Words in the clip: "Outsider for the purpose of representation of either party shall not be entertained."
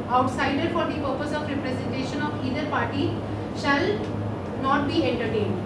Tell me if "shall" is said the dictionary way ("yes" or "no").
yes